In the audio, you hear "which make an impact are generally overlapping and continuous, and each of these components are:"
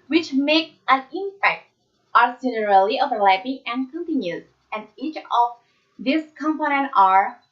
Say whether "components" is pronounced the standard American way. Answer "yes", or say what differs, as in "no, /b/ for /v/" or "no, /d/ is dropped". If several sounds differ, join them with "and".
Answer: no, /s/ is dropped